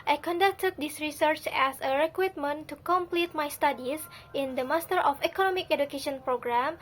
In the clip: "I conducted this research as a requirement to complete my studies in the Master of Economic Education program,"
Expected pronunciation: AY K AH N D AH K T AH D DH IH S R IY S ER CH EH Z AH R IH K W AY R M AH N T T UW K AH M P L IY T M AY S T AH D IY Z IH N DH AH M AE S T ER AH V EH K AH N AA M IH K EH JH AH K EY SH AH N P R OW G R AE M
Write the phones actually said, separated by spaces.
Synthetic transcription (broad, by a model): AY K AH N D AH K T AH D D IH S R IY S ER CH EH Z AH R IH K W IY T M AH N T T UW K AH M P L IY T M AY S T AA D IY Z IH N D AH M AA S T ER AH F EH K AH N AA M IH K EH JH AH K EY SH AH N P R OW G R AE M